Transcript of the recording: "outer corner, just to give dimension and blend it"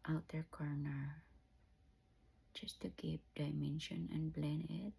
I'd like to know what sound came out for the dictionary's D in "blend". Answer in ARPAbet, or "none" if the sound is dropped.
none